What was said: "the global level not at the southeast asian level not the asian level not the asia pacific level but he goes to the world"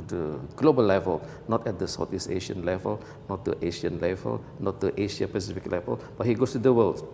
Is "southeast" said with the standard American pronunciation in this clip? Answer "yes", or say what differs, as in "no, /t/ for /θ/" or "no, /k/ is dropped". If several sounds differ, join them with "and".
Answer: no, /t/ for /θ/ and /t/ is dropped